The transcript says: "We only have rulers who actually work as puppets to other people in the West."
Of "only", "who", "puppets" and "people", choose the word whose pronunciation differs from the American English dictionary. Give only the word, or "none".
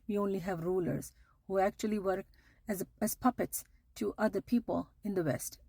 none